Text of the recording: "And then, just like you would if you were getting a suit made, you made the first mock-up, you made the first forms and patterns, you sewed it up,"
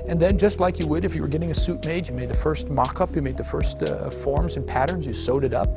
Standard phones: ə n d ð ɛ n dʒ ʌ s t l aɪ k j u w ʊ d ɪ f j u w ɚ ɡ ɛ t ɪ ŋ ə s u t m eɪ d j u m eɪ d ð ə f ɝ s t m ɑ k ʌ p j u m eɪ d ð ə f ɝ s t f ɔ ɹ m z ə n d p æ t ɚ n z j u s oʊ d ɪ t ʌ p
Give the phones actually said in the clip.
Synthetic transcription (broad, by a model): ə n ð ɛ n dʒ ʌ s t l aɪ k j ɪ w ʊ d ɪ f j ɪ w ɚ ɡ ɛ t ɪ ŋ ə s u t m eɪ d j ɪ m eɪ d ð ə f ɝ s t m ɑ k ʌ p j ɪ m eɪ d ð ə f ɝ s t f ɔ ɹ m z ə n p æ t ɚ n z j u s oʊ d ɪ t ʌ p